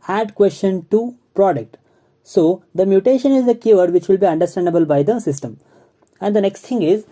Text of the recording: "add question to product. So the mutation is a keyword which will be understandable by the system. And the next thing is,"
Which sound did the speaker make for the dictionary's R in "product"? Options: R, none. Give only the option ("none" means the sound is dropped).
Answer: R